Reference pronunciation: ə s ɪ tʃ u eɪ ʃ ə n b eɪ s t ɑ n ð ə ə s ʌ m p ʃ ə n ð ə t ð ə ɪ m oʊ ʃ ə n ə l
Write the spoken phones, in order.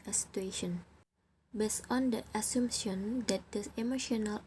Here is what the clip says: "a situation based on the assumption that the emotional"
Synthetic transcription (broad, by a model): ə s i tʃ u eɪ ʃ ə n b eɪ s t ɑ n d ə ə s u m ʃ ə n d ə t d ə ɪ m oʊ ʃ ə n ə l